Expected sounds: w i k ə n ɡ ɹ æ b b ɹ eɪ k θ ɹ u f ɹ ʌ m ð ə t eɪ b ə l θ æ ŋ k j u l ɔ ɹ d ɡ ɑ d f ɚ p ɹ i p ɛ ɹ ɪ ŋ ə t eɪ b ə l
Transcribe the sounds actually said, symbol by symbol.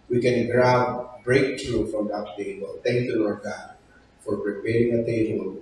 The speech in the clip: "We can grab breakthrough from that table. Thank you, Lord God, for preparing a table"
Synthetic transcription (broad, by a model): w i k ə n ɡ ɹ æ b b ɹ eɪ k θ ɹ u f ɹ ʌ m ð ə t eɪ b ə l θ æ ŋ k j u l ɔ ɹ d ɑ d f ɚ p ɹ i p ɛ ɹ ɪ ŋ ə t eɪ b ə l